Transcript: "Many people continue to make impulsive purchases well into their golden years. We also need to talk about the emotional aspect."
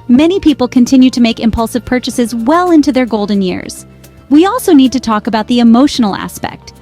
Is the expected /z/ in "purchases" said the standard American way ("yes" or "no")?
yes